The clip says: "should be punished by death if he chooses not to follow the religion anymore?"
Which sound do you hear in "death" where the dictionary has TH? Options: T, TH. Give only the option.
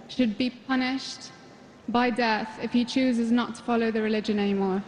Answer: TH